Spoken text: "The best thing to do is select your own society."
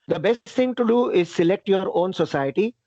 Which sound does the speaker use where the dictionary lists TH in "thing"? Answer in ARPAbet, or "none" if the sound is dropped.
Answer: T